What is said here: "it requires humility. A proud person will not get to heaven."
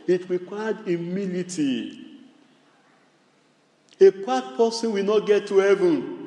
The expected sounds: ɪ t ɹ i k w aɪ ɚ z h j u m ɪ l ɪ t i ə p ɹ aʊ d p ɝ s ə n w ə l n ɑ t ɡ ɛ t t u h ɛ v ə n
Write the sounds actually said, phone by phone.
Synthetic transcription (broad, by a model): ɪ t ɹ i k w aɪ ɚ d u m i l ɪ t i ə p aʊ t p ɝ s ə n w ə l n ɑ t ɡ ɛ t t u h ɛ v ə n